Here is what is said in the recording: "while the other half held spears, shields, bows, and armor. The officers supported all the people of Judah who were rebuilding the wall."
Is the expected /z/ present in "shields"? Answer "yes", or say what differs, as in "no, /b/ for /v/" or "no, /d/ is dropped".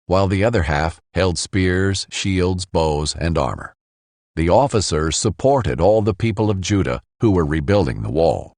yes